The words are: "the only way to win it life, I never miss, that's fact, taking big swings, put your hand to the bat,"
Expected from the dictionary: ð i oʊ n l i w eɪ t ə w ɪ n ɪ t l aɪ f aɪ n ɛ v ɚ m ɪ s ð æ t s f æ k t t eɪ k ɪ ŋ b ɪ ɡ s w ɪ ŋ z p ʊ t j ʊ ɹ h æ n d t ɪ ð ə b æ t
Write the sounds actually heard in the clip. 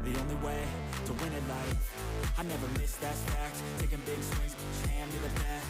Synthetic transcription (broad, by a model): ð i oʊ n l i w eɪ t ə w ɪ n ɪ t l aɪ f aɪ n ɛ v ɚ m ɪ s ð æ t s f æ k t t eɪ k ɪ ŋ b ɪ ɡ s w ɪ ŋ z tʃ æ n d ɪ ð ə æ